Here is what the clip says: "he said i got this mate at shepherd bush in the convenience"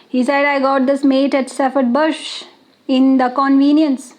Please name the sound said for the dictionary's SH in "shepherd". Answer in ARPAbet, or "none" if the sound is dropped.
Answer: S